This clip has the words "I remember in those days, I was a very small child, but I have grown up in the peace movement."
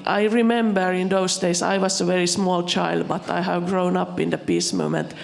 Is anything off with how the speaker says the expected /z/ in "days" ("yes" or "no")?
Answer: yes